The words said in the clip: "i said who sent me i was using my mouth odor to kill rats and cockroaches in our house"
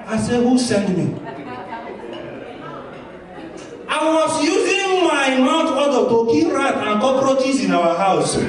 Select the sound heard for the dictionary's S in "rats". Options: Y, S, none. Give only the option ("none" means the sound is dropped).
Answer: none